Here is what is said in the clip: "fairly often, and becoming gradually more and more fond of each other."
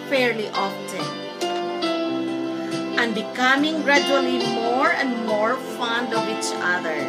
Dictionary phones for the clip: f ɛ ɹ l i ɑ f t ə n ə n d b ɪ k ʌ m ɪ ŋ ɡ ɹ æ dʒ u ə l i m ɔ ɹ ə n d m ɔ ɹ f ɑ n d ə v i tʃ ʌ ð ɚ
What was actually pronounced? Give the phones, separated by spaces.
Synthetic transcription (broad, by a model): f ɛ ɹ l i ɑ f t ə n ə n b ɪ k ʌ m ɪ ŋ ɡ ɹ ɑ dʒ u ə l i m ɔ ɹ ə n d m ɔ ɹ f ɑ n d ə v i tʃ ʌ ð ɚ